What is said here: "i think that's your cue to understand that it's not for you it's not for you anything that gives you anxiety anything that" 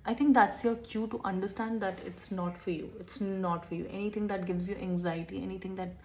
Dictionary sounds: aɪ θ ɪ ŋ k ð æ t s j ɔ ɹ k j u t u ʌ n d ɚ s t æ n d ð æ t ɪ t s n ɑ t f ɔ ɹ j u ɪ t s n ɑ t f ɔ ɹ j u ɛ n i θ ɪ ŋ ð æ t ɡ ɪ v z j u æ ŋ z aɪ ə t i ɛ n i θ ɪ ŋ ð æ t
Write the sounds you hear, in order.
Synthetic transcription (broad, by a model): aɪ t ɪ ŋ k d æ t s j ɔ ɹ k j u t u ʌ n d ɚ s t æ n d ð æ t ɪ t s n ɑ t f ɔ ɹ j u ɪ t s n ɑ t f ɔ ɹ j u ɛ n i t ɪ ŋ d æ t ɡ ɪ v z j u æ ŋ z aɪ ə t i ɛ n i t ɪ ŋ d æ t